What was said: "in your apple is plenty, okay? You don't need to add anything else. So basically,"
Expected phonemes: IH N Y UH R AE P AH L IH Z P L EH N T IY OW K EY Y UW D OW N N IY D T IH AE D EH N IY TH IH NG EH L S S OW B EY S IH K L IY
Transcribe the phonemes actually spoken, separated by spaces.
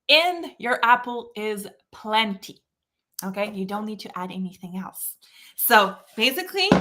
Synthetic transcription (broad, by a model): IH N Y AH R AE P L IH Z P L EH N T IY OW K EY Y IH D OW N N IY D T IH AE D EH N IY TH IH NG EH L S S OW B EY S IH K L IY